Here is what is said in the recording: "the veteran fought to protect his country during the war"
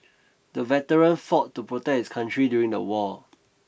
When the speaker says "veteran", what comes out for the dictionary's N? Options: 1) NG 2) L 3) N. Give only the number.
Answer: 3